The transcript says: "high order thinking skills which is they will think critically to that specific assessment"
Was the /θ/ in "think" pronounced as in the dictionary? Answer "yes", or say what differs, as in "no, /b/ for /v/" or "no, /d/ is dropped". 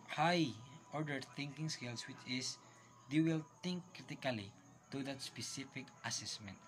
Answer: no, /t/ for /θ/